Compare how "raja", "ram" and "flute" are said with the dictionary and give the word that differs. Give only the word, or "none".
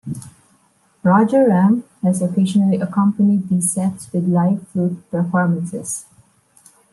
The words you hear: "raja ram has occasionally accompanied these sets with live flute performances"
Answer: flute